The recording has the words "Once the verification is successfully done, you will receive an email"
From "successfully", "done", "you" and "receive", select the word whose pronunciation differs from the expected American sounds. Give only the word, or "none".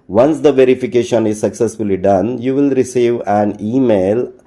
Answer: none